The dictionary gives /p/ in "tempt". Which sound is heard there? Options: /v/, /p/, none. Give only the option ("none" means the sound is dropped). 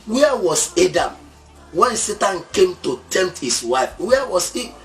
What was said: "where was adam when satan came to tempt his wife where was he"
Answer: none